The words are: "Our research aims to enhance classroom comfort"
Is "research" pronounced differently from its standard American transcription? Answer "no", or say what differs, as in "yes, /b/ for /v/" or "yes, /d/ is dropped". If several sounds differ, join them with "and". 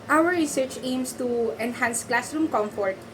no